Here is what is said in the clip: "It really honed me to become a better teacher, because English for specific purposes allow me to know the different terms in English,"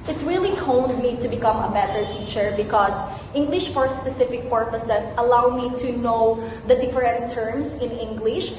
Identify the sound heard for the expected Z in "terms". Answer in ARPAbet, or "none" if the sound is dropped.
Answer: S